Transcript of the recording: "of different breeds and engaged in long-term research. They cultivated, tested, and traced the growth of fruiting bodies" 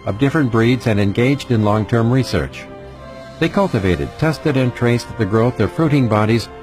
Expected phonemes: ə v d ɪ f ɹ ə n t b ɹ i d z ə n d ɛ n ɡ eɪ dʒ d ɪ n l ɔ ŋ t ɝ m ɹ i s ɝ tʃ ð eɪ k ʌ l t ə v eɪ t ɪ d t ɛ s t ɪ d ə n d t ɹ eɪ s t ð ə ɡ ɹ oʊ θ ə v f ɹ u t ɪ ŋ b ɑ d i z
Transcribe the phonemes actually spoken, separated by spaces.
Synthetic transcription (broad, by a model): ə v d ɪ f ɹ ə n b ɹ i d z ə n ɛ n ɡ eɪ dʒ d ɪ n l ɔ ŋ t ɝ m ɹ i s ɝ tʃ ð eɪ k ʌ l t ə v eɪ t ɪ d t ɛ s t ɪ d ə n t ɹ eɪ s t ð ə ɡ ɹ oʊ θ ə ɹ f ɹ u t ɪ ŋ b ɑ d i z